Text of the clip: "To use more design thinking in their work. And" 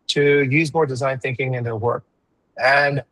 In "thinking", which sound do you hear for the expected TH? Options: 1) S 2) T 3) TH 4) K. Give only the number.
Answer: 3